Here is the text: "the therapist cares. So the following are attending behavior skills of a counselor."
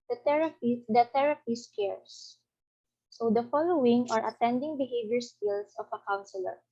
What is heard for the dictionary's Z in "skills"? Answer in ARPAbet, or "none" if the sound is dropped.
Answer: S